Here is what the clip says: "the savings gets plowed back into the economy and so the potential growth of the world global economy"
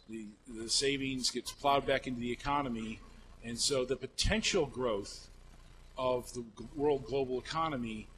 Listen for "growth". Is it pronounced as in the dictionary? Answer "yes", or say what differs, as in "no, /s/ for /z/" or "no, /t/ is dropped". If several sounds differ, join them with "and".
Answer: yes